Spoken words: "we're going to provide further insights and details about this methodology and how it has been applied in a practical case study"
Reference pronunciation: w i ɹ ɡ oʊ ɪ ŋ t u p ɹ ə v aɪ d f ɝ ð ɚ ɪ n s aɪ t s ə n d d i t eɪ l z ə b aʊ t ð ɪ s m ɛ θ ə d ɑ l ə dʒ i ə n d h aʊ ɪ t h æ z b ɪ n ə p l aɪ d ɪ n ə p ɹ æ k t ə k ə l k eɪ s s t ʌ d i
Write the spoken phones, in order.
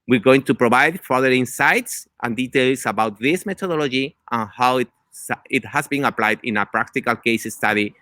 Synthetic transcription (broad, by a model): w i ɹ ɡ oʊ ɪ ŋ t u p ɹ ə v aɪ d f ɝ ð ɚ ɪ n s aɪ t s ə n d d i t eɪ l s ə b aʊ t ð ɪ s m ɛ t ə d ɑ l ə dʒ i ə n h aʊ ɪ t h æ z b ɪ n ə p l aɪ d ɪ n ə p ɹ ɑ k t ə k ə l k eɪ s s t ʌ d i